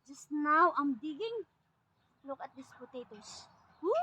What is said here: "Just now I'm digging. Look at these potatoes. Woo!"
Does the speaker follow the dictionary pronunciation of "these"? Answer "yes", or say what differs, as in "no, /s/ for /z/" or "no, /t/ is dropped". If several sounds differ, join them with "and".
no, /s/ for /z/